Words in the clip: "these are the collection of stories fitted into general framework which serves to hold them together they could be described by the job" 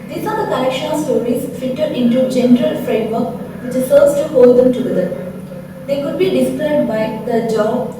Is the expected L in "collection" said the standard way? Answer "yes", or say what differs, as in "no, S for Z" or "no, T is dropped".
no, L is dropped